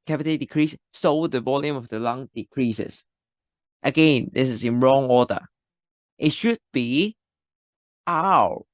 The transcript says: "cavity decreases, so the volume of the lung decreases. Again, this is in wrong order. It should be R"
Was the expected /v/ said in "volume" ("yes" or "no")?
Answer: no